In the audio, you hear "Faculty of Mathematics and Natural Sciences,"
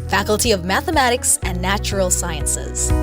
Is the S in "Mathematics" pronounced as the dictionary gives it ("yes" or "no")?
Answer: yes